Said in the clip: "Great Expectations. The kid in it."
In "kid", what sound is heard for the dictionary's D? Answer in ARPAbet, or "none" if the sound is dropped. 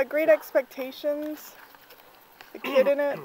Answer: D